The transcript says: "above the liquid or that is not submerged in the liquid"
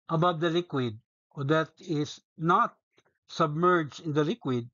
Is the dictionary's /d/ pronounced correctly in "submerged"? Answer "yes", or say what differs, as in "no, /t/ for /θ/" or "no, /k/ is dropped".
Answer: no, /d/ is dropped